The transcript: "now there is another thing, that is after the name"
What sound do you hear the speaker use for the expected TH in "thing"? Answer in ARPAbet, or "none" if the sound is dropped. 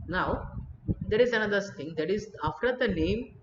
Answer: S